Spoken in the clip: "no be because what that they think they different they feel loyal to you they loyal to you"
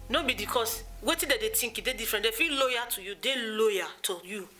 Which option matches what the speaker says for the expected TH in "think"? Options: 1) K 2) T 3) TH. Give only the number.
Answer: 2